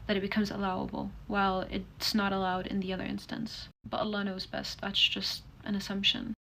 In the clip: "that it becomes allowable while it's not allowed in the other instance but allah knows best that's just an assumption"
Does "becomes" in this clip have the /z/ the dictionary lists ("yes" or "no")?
yes